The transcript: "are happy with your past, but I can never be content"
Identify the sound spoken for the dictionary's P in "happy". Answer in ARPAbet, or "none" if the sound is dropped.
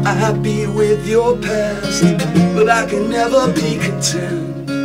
B